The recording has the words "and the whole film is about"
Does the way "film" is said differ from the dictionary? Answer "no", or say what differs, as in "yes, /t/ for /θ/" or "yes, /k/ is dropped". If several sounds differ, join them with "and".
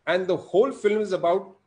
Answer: no